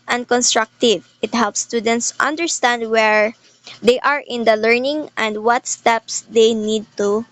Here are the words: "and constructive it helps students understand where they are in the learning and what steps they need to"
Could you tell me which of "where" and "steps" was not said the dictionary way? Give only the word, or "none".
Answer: none